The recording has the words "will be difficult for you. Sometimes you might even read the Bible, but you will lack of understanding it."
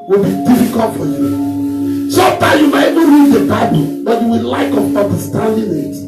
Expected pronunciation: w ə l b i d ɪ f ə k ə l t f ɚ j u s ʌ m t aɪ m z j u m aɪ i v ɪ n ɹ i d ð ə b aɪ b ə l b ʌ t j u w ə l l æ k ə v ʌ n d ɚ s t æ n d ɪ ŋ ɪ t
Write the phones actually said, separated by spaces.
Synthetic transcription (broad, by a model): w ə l b i d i f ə k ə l t f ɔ j u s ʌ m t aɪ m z j u m aɪ i v ɪ n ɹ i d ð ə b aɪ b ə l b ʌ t j u w ə l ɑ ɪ k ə b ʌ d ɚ s t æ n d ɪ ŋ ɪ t